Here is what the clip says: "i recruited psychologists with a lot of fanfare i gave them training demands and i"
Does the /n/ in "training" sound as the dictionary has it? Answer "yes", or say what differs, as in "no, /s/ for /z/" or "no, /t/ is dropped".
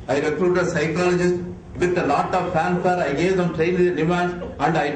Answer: no, /n/ is dropped